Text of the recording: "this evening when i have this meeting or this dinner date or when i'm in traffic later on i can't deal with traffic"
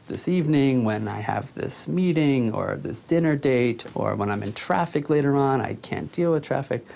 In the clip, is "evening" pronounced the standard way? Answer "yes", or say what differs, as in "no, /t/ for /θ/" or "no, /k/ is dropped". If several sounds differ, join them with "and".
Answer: yes